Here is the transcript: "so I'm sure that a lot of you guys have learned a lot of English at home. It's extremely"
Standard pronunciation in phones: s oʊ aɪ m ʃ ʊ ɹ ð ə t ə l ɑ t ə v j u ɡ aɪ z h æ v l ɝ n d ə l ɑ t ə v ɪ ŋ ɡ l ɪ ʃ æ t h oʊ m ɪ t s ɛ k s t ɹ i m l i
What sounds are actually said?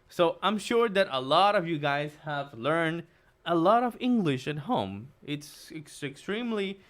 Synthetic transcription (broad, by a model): s oʊ aɪ m ʃ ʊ ɹ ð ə t ə l ɑ t ə v j u ɡ aɪ z h æ v l ɝ n d ə l ɑ t ə v ɪ ŋ ɡ l ɪ ʃ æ t h oʊ m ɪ t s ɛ k s t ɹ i m l i